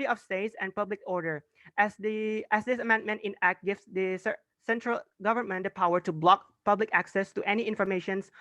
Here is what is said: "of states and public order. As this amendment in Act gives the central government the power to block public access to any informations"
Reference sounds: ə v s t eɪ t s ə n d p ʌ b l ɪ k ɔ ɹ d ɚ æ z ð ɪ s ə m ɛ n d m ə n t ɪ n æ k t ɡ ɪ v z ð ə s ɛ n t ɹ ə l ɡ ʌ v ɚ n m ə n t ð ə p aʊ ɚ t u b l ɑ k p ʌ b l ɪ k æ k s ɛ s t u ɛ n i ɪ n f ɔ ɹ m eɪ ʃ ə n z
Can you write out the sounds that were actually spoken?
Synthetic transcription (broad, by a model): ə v s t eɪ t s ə n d p ʌ b l ɪ k ɔ ɹ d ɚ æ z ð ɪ s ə m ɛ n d m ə n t ɪ n æ k t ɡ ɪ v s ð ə s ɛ n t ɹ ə l ɡ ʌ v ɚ n m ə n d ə p aʊ ɚ t u b l ɑ k p ʌ b l ɪ k æ k s ɛ s t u ɛ n i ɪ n f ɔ ɹ m eɪ ʃ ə n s